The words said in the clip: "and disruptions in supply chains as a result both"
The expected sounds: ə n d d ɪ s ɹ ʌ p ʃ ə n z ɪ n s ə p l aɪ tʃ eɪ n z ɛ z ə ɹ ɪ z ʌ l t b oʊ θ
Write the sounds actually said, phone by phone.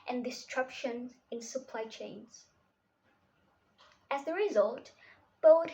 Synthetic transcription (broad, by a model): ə n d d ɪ s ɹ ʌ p ʃ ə n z ɪ n s ə p l aɪ tʃ eɪ n z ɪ z ə ɹ ɪ z ʌ l t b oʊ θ